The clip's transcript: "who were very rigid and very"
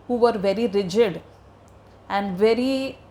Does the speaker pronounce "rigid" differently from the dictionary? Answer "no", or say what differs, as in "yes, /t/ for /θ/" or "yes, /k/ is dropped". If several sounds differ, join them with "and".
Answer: no